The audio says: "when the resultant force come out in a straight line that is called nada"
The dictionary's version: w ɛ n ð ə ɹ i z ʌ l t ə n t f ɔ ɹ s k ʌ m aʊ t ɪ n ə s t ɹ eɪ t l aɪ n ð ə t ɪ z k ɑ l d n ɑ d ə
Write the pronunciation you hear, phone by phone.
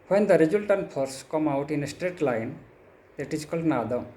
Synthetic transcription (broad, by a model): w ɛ n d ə ɹ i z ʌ l t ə n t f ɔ ɹ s k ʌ m aʊ t ɪ n ə s t ɹ eɪ t l aɪ n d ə t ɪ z k ɑ l d n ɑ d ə